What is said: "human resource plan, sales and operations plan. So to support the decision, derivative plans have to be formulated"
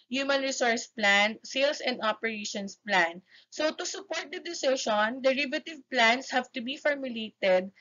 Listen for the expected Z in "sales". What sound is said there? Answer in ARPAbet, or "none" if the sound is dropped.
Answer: S